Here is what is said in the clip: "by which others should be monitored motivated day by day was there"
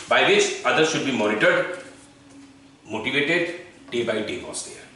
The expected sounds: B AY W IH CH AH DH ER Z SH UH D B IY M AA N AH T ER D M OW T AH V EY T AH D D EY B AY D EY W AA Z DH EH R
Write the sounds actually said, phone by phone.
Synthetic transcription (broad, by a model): B AY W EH S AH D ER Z SH UH D B IY M AA N AH T ER D M OW T AH V EY T AH D D EY B AY D EY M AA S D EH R